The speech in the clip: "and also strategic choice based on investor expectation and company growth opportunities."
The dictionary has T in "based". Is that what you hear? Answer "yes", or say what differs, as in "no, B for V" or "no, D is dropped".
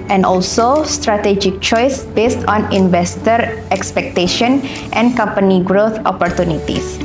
yes